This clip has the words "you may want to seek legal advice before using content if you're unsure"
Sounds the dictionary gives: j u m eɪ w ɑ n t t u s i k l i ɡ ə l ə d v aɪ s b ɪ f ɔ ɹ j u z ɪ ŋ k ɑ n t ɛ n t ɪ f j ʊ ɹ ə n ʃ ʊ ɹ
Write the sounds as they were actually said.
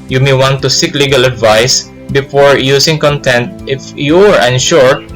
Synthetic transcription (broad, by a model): j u m eɪ w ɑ n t t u s i k l i ɡ ə l ə d v aɪ s b ɪ f ɔ ɹ j u s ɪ ŋ k ɑ n t ɛ n t ɪ f j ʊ ɹ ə n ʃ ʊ ɹ